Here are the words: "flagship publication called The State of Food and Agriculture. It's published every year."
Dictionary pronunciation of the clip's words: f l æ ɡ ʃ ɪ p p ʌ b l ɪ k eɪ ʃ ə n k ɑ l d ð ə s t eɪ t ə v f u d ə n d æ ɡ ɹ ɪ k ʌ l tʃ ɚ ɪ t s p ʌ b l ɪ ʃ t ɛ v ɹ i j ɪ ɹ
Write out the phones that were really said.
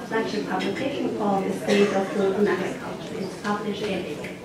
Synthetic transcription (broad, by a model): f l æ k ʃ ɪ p p ʌ b l ɪ k eɪ ʃ ə n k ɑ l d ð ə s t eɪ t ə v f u ə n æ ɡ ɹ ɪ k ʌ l tʃ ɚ ɪ t s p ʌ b l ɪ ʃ ɛ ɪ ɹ